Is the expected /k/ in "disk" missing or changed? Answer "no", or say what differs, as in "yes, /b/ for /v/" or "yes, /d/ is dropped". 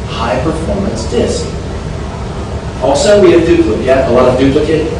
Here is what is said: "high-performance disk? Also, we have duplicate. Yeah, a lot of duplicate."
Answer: no